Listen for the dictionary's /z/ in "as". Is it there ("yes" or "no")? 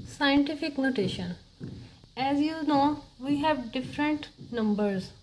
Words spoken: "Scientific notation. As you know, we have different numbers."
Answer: yes